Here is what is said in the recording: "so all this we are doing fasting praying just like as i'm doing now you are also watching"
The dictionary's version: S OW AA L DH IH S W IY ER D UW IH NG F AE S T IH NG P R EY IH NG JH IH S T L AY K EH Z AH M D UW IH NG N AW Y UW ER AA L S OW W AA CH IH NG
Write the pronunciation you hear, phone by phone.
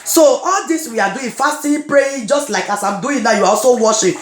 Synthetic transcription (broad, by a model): S OW AA L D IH S W IY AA D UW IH F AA S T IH P R EY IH JH IH S T L AY K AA S AH M D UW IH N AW Y UW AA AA S OW W AA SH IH